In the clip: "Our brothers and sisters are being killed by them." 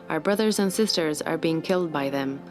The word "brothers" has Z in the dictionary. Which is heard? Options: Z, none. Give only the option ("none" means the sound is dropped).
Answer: Z